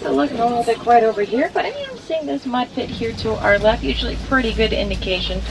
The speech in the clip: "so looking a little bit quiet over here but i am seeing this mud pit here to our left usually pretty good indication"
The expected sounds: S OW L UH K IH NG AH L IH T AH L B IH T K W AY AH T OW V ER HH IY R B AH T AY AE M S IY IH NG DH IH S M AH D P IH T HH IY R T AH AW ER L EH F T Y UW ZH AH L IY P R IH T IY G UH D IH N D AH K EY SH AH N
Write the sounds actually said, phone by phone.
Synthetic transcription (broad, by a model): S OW L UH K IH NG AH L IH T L B IH T K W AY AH T OW V ER HH IY R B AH T AY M S IY IH NG DH IH S M AH D F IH T HH IY R T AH AW ER L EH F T Y UW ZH L IY P R IH T IY G UH D IH N D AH K EY SH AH N